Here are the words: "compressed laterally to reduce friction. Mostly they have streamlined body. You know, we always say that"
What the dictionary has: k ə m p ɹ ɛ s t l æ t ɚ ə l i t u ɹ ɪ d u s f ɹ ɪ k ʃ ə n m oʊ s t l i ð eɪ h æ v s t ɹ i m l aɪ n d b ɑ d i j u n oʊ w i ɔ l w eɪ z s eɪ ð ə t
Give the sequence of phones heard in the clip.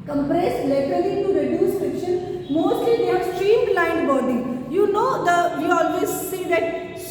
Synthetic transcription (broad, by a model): k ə m p ɹ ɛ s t l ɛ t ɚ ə l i t u ɹ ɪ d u s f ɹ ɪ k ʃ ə n m oʊ s t l i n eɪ s t ɹ i m l aɪ n d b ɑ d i j u n oʊ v i ɔ l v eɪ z s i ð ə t